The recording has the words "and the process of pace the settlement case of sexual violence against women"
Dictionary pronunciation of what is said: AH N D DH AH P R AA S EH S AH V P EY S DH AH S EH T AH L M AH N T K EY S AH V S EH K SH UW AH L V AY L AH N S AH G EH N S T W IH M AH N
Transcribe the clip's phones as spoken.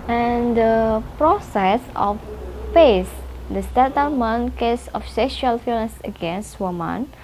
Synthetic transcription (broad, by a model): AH N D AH P R AA S EH S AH F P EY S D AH S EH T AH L M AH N K EY S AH F S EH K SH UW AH L F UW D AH S AH G EH N S T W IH M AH N